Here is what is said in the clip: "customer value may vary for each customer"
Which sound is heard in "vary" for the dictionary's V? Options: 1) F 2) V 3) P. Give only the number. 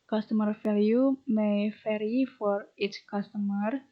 1